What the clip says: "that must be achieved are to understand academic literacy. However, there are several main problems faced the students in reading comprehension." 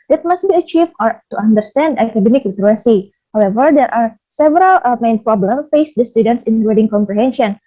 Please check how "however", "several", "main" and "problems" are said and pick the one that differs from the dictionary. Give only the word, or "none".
problems